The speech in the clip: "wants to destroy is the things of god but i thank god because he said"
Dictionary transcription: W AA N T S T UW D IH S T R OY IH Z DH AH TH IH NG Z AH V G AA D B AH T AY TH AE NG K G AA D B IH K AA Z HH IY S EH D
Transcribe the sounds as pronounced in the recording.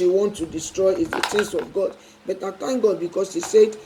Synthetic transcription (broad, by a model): W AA N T T UW D IH S T R OY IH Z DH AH S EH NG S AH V G AA D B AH T AY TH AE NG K G AA D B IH K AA S HH IY S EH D